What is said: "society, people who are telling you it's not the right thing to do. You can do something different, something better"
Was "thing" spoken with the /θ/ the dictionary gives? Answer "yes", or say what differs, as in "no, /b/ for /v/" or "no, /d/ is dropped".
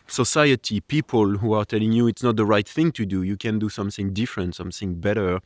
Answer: yes